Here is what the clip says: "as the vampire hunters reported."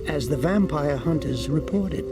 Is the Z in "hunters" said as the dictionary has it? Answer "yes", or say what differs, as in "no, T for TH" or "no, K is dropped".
yes